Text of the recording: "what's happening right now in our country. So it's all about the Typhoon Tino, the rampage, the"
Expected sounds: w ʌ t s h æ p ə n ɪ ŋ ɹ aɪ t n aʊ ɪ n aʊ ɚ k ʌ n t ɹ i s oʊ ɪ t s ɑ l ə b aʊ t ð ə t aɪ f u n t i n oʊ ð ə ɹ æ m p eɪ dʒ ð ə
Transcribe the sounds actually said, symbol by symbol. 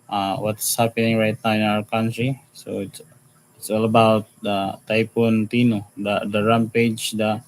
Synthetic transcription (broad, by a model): w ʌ t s h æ p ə n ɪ ŋ ɹ aɪ t n aʊ ɪ n aʊ ɚ k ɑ n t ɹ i s oʊ ɪ t s ɑ l ə b aʊ t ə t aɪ p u n t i n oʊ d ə ɹ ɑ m p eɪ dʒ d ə